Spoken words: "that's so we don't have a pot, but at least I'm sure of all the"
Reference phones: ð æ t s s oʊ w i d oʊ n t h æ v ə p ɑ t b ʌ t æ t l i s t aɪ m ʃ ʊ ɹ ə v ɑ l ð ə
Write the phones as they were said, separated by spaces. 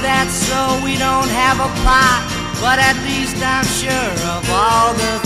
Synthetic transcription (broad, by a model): ð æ t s s oʊ w i d oʊ n t h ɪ v ə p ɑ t b ʌ t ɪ t l i s t aɪ m ʃ ʊ ɹ ə v ɑ l ð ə